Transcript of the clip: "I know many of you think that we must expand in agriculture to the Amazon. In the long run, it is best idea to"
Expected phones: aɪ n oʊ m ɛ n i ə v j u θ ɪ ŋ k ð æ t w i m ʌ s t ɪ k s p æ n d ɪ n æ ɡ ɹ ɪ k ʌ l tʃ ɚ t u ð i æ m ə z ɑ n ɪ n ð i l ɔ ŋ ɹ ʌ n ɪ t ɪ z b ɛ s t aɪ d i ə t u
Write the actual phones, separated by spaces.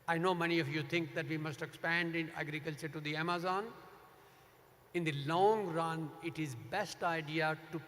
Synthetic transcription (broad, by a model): aɪ n oʊ m ɛ n i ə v j u t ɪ ŋ k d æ t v i m ʌ s t ɪ k s p æ n d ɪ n æ ɡ ɹ ɪ k ʌ l tʃ ɚ t u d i æ m ə z ɑ n ɪ n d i l ɔ ŋ ɹ ʌ n ɪ t ɪ z b ɛ s t aɪ d i ə t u